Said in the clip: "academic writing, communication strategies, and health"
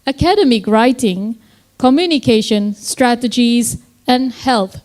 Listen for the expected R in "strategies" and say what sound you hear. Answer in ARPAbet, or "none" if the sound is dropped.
R